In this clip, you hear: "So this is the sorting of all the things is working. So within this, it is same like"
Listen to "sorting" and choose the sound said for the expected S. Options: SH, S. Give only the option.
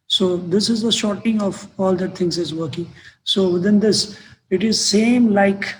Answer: SH